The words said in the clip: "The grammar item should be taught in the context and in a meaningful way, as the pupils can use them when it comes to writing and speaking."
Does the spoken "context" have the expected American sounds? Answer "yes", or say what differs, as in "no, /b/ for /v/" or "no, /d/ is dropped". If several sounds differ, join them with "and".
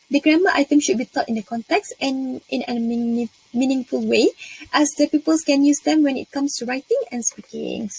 yes